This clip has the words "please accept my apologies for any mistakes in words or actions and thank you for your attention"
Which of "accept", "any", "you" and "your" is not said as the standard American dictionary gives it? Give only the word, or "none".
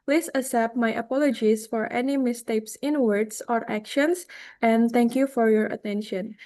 accept